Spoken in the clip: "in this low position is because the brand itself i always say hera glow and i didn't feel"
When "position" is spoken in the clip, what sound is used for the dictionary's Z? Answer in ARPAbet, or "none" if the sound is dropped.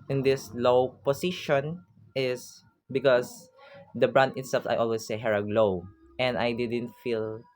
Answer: S